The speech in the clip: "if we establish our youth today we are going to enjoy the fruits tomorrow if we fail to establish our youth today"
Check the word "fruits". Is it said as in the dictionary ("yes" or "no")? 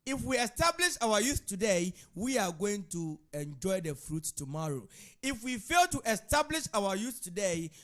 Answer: no